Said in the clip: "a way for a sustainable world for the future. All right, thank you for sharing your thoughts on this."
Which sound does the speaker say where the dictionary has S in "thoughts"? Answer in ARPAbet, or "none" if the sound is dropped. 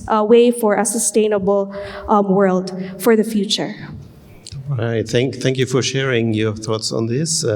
S